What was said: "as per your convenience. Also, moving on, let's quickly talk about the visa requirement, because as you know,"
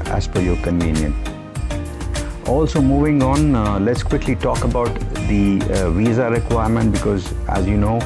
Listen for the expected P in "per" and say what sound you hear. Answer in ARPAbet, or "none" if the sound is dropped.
F